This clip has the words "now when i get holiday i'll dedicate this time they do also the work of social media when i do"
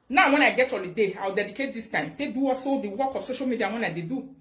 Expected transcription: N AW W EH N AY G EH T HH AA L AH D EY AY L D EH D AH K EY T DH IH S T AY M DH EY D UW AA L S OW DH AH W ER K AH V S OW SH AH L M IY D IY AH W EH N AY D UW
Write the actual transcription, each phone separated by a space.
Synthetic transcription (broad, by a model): N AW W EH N AY G EH T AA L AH D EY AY W D EH D AH K EY T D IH S T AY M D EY D UW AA S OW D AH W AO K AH S OW SH AH L M IY D IY AH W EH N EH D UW